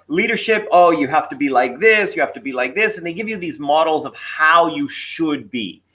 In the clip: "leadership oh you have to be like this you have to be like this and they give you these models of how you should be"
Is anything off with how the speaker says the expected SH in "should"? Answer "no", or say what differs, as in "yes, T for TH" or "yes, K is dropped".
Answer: no